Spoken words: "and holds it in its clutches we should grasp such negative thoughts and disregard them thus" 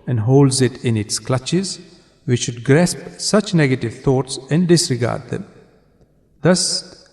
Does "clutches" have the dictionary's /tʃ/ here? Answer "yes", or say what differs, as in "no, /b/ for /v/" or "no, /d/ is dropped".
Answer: yes